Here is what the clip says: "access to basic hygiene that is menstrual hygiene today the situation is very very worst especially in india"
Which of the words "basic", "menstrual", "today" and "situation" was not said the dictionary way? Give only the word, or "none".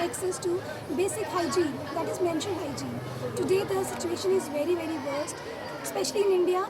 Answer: menstrual